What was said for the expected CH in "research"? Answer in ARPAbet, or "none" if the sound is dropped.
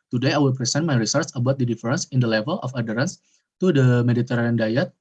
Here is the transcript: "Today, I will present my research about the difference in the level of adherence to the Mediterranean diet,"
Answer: S